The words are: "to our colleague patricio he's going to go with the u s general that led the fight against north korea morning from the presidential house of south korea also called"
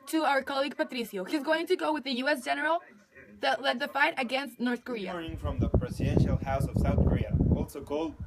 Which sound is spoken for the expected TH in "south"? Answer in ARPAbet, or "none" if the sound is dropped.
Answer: TH